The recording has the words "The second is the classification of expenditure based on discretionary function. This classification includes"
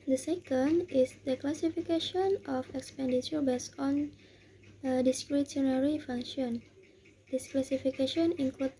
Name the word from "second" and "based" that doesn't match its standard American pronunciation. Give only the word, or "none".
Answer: based